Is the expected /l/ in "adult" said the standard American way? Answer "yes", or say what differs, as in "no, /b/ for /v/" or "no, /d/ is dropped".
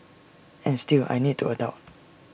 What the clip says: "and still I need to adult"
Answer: no, /l/ is dropped